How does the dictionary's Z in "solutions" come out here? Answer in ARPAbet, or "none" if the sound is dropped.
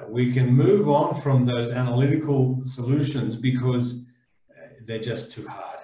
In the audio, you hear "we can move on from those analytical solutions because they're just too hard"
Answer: Z